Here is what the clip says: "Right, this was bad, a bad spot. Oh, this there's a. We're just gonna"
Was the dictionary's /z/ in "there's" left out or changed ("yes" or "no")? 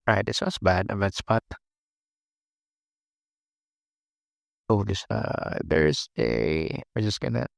yes